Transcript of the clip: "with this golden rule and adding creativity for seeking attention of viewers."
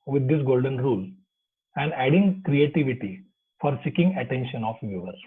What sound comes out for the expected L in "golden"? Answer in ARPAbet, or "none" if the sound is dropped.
L